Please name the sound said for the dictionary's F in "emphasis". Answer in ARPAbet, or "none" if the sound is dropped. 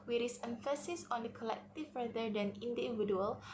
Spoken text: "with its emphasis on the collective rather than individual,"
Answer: F